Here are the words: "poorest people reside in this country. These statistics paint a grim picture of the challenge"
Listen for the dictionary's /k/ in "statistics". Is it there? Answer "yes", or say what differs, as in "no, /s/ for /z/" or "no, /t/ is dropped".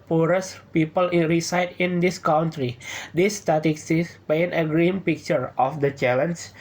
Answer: no, /k/ is dropped